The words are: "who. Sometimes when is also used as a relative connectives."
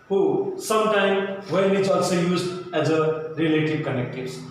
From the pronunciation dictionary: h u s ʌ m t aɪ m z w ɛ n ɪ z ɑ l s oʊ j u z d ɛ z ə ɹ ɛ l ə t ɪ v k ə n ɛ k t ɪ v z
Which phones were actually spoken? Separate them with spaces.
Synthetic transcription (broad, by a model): h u s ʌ m t aɪ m w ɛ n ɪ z ɑ l s oʊ j u z d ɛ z ə ɹ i l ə t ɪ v k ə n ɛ k t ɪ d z